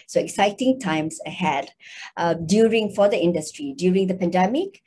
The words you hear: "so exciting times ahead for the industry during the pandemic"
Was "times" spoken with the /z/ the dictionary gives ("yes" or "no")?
no